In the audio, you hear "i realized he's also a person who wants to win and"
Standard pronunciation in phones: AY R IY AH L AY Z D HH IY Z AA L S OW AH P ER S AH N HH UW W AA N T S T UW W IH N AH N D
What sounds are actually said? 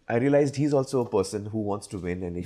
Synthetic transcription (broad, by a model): AY R IY AH L AY Z D HH IY Z AA L S OW AH P ER S AH N HH UW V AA N T S T UW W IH N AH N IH